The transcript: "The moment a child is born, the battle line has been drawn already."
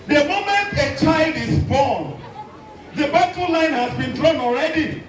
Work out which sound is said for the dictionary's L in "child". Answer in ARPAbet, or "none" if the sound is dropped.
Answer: L